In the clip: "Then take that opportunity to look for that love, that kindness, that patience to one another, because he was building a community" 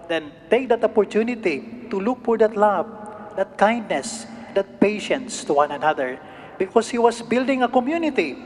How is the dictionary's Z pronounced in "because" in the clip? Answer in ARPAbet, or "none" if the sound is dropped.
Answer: S